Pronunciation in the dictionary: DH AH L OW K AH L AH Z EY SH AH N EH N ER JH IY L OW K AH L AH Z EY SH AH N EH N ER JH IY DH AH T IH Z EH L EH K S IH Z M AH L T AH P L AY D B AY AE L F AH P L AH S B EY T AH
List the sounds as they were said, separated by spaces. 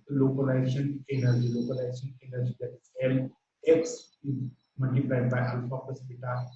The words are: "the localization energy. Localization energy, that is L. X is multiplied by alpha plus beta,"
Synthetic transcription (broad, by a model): L OW K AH L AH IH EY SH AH N EH N ER JH IY L OW K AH L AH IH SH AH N EH N ER JH IY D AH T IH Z EH L EH K S IH Z M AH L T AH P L AY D B AY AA L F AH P AH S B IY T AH